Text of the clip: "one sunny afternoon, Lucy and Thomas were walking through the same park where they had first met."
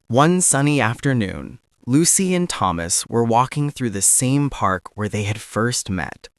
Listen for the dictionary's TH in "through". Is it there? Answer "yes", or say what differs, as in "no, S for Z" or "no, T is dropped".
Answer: yes